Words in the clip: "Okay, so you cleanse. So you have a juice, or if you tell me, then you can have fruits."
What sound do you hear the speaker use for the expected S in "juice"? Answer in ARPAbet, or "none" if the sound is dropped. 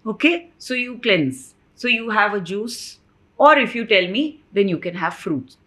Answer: S